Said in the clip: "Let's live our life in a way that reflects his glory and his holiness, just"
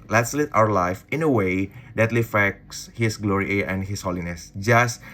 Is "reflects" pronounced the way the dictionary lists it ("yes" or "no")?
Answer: no